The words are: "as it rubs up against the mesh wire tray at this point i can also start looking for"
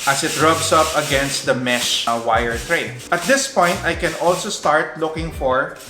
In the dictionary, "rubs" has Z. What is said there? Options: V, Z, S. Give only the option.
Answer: S